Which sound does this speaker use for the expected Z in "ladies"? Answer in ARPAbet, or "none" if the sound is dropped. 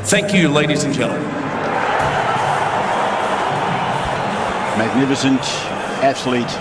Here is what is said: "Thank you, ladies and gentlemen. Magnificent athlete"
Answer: Z